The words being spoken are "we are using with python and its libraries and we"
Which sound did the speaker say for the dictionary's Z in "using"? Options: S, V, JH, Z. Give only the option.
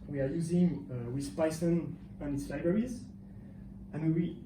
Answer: Z